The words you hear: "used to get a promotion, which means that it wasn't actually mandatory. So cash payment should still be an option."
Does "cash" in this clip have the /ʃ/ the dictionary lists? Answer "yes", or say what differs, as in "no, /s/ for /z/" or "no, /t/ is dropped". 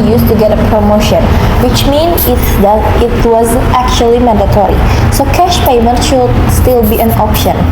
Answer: yes